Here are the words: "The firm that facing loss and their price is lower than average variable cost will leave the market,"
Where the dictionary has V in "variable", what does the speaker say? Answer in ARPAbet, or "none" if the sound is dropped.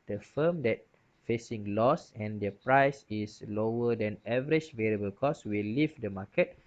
V